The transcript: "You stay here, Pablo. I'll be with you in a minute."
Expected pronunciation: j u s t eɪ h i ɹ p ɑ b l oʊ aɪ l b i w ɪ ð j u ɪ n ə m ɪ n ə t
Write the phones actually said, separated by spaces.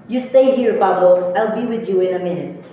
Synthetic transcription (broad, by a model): j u s t eɪ h i ɹ f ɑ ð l aɪ l b i w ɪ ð j u ɪ n ə m ɪ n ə t